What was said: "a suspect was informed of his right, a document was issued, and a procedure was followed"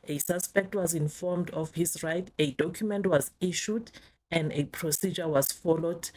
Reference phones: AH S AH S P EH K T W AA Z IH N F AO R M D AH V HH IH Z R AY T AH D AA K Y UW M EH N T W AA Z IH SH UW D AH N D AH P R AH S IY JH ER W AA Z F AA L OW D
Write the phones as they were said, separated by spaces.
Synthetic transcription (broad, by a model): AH S AH S P EH K T W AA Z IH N F AO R M D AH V HH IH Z R AY T AH D AA K Y UW M EH N T W AA Z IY SH UW D AH N D AH P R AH S IY JH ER W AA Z F AA L OW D